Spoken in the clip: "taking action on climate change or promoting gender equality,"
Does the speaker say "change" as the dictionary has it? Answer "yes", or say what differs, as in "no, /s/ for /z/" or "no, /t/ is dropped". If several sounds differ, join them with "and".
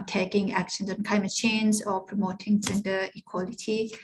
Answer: no, /z/ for /dʒ/